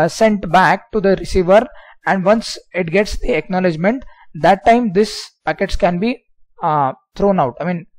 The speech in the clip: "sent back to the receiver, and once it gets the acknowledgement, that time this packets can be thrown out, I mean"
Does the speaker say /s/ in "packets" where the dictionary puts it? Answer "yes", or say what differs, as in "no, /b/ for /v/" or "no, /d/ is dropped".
yes